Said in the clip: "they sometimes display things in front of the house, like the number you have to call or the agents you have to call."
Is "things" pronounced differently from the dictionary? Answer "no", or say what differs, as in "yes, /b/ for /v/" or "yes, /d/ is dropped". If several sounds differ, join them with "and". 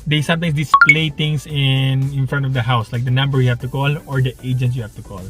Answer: yes, /t/ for /θ/ and /s/ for /z/